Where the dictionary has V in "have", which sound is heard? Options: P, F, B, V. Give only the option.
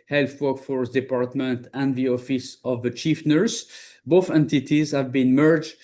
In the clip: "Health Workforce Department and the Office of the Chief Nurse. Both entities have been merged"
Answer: V